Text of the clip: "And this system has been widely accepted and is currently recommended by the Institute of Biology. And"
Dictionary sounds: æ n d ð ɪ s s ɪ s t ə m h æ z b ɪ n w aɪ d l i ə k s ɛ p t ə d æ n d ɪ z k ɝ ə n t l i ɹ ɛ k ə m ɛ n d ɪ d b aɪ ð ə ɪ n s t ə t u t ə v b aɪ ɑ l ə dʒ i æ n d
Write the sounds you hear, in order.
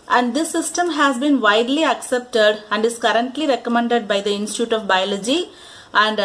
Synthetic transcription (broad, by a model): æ n d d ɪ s s ɪ s t ə m h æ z b ɪ n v aɪ d l i ə k s ɛ p t ə d æ n d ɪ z k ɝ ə n t l i ɹ ɛ k ə m ɛ n d ɪ d b aɪ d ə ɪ n s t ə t u t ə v b aɪ ɑ l ə dʒ i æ n d